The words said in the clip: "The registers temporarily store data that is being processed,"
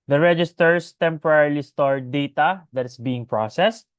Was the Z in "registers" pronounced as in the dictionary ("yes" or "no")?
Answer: no